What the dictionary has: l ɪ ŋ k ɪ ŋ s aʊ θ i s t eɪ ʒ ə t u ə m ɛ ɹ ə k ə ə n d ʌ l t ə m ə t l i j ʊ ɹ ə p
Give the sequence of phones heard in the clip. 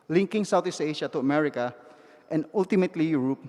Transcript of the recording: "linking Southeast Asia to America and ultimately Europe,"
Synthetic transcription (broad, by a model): l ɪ ŋ k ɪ ŋ s aʊ t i s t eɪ ʃ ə t u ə m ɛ ɹ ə k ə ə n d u l t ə m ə t l i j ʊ ɹ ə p